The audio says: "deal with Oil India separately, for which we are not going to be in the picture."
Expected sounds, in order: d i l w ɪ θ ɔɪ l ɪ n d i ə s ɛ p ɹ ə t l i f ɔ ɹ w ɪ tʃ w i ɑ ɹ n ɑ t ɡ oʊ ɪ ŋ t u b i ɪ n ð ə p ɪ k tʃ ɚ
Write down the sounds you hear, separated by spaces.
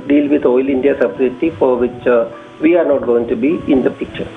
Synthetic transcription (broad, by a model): d i l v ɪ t ɔɪ l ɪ n d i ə s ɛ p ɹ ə t i f ɔ ɹ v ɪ tʃ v i ɑ ɹ n ɑ t ɡ oʊ ɪ ŋ t u b i ɪ n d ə p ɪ k tʃ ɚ